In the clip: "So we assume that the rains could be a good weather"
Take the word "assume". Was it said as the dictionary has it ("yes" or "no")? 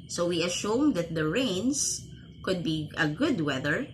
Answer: no